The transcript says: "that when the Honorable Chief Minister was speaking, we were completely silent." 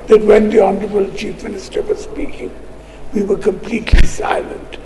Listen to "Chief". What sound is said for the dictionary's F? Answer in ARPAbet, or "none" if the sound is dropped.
F